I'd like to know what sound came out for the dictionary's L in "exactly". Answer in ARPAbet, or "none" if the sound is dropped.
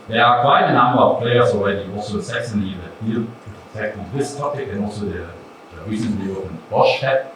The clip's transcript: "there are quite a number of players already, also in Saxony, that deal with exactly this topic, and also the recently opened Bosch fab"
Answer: none